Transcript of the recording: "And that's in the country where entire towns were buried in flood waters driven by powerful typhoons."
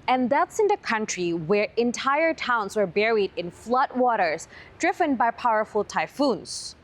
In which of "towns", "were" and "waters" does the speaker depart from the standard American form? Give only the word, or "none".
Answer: none